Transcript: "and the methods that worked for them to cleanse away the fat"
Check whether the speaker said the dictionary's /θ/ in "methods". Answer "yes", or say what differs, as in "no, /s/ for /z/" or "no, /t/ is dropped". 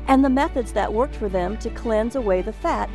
yes